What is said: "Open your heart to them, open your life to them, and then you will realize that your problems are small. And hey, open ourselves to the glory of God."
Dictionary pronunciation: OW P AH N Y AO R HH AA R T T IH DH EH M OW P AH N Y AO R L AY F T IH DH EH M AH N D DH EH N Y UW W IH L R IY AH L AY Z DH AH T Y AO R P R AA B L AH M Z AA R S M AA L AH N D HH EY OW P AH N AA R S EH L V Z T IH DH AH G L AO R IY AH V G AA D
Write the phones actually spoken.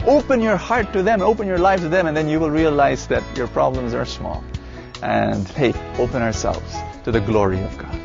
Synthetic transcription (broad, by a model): OW P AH N Y AO R HH AA R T T IH DH EH M OW P AH N Y AO R L AY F T IH DH EH M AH N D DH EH N Y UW W IH L R IY AH L AY Z DH AH T Y AO R P R AA B L AH M Z AA R S M AA L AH N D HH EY OW P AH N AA R S EH L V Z T IH DH AH G L AO R IY AH V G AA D